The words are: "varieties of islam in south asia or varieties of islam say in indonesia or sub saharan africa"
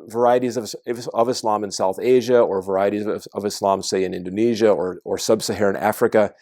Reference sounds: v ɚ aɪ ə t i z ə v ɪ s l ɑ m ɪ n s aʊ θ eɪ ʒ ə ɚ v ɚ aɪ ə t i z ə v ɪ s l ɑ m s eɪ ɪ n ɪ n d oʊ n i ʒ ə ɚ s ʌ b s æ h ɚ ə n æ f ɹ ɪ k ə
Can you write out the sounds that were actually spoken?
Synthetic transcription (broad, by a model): v ɚ aɪ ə t i z ə v ɪ s l ɑ m ɪ n s aʊ θ eɪ ʒ ə ɚ v ɚ aɪ ə t i z ə v ɪ s l ɑ m s eɪ ɪ n ɪ n d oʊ n i ʒ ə ɚ s ʌ b s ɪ h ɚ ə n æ f ɹ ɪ k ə